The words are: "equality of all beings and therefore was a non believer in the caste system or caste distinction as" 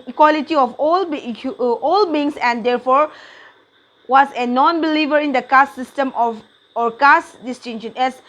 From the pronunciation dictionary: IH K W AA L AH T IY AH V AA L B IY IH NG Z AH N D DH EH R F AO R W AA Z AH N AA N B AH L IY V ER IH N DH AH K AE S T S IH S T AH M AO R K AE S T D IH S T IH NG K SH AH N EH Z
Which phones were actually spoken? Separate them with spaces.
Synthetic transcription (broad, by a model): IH K W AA L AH T IY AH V AA L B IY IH NG S AH N D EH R F AO R W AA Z AH N AA N B AH L IY V ER IH N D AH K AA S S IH S T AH M AO R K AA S D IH S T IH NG SH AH N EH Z